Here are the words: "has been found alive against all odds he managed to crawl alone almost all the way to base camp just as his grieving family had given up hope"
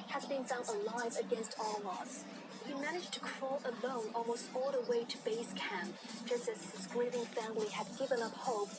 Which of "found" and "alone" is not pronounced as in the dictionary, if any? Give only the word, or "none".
found